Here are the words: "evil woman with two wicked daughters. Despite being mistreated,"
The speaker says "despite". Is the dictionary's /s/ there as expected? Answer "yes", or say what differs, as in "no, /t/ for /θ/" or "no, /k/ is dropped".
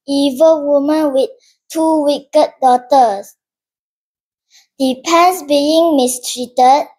no, /s/ is dropped